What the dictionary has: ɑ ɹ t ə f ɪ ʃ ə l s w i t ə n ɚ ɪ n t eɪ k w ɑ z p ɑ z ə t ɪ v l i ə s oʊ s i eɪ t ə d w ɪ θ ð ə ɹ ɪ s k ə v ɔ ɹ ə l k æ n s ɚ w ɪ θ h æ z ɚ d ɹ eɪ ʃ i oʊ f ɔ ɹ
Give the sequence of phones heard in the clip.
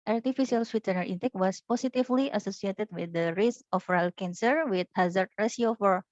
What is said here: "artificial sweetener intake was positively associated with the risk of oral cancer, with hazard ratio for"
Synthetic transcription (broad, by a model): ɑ ɹ t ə f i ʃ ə l s w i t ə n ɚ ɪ n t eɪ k w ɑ s p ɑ s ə t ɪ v l i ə s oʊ s i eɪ t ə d w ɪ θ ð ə ɹ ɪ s ə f ɹ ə l k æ n s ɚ w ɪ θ h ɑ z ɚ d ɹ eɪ s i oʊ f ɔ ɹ